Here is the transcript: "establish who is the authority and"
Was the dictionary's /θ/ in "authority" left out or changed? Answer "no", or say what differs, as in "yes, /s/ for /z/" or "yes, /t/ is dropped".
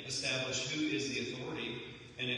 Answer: no